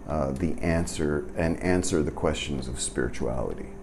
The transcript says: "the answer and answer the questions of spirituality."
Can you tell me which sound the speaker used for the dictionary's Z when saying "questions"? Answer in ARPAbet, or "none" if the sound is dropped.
Z